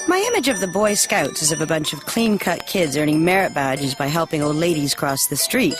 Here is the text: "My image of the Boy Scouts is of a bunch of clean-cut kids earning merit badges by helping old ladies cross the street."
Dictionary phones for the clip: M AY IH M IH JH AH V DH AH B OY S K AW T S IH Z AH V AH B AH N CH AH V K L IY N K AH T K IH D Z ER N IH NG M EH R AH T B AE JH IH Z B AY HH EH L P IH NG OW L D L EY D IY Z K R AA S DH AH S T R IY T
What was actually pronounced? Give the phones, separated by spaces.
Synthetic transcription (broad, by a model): M AY IH M IH JH AH V DH AH B OY S K AW T S IH Z AH V AH B AH N CH AH V K L IY N K AH T K IH D Z ER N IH NG M EH R AH T B AE JH IH Z B AY HH EH L P IH NG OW L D L EY D IY Z K R AA S DH AH S T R IY T